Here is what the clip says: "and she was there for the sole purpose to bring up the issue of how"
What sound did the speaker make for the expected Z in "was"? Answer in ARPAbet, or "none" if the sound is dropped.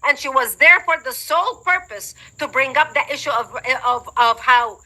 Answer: Z